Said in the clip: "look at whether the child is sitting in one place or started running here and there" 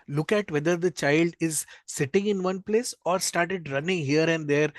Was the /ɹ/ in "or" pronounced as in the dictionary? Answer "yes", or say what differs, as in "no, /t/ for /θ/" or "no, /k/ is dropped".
yes